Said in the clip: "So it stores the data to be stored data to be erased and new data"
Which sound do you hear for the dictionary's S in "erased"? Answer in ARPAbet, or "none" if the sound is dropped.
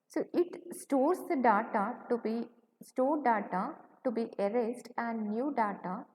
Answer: S